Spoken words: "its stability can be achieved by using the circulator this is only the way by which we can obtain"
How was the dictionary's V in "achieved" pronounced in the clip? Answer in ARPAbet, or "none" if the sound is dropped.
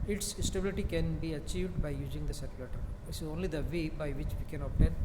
V